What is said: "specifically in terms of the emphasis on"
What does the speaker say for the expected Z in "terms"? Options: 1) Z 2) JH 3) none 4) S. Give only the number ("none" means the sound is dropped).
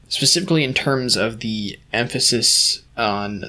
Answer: 1